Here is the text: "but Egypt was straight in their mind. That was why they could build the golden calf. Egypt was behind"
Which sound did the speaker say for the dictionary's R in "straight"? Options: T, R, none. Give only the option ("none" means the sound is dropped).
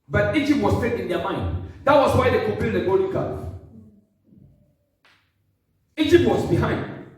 none